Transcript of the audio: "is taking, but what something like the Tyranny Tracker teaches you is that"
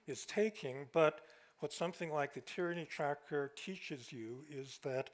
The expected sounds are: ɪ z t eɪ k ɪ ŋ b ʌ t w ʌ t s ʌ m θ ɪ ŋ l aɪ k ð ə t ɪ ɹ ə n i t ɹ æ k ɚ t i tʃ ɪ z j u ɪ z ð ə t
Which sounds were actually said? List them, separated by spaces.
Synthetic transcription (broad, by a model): ɪ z t eɪ k ɪ ŋ b ʌ t w ʌ t s ʌ m θ ɪ ŋ l aɪ k ð ə t ɪ ɹ ə n i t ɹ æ k ɚ t i tʃ ɪ z j u ɪ z ð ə t